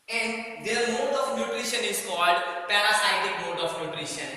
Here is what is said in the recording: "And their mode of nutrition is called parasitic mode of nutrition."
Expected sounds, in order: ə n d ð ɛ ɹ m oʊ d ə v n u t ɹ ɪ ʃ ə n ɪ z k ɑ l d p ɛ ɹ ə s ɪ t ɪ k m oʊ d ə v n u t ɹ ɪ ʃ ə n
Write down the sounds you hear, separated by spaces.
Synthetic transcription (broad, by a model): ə n d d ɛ ɹ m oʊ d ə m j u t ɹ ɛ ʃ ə n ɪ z k ɑ l d p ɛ ɹ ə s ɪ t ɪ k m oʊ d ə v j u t ɹ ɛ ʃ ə n